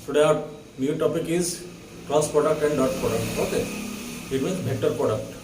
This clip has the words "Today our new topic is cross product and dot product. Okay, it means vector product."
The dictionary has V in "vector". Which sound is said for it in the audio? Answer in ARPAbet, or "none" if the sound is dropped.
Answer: B